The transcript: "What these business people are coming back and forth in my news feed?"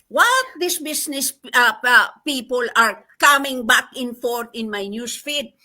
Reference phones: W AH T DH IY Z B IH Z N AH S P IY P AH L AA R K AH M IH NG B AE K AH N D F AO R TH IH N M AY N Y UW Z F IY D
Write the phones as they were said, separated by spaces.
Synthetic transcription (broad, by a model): W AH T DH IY S B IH S N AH S P IY P AH L AA R K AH M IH NG B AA K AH N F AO R T IH N M AY N Y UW S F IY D